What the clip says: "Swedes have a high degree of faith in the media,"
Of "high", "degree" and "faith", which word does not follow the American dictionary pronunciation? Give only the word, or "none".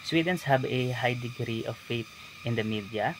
faith